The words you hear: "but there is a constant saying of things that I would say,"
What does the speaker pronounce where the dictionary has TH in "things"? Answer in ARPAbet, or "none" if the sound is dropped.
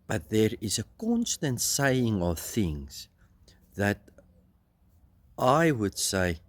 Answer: TH